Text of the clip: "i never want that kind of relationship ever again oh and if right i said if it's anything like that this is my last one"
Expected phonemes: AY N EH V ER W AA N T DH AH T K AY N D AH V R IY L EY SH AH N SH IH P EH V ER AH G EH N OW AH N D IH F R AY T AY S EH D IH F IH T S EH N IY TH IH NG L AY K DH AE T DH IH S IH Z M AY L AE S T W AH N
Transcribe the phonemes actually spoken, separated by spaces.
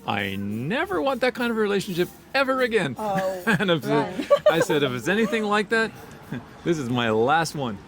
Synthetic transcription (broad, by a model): AY N EH V ER W AA N DH AH T K AY N D AH V R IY L EY SH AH N SH IH P EH V ER AH G EH N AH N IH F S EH AY S EH D IH F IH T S EH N IY TH IH NG L AY K DH AE T DH IH S IH Z M AY L AE S T W AH N